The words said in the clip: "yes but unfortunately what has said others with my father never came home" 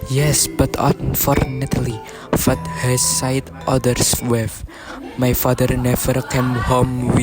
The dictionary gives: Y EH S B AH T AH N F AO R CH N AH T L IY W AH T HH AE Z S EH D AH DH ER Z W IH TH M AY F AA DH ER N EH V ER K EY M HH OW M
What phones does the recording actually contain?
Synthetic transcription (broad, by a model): Y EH S B AH T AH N F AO R N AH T L IY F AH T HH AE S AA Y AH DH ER S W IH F M AY F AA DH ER N EH V ER K EY M HH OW M